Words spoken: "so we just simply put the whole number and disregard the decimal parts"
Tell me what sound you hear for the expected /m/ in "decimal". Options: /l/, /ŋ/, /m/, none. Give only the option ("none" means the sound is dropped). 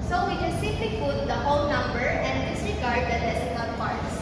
none